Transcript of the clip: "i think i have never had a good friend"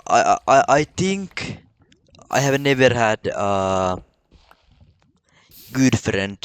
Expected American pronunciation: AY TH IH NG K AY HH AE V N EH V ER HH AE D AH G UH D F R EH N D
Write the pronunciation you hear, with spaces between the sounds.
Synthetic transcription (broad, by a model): AY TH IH NG K AY HH AE V N EH V ER HH AE D AH G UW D F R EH N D